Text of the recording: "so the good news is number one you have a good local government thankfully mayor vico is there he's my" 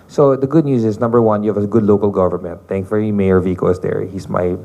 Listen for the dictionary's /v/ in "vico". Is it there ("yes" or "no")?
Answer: yes